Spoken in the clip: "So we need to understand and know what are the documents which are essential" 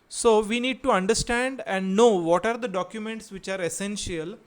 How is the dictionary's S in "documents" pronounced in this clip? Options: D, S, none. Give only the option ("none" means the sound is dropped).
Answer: S